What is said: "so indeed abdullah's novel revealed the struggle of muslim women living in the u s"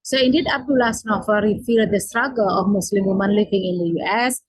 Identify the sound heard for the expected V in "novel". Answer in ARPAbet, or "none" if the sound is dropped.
F